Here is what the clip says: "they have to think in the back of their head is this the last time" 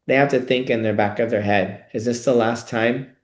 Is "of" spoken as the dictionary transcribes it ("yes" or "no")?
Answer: yes